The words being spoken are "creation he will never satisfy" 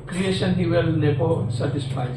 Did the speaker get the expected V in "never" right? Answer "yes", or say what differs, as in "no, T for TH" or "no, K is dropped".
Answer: no, P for V